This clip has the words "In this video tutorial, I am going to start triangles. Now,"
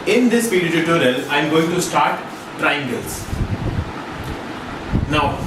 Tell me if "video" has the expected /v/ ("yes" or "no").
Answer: no